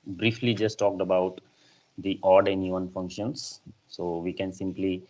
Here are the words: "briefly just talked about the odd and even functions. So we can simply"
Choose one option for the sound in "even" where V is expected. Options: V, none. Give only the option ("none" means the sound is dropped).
none